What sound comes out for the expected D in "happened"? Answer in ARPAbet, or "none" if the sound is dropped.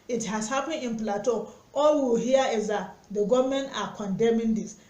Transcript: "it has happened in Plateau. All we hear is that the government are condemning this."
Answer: none